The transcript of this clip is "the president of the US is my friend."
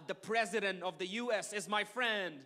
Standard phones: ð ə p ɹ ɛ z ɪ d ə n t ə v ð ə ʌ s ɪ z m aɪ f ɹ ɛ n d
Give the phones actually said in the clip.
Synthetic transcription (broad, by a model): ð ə p ɹ ɛ z ɪ d ə n t ə v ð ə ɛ s ɪ z m aɪ f ɹ ɛ n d